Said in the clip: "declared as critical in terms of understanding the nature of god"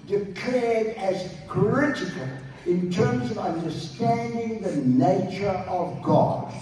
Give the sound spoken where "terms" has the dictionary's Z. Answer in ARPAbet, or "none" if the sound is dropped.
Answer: Z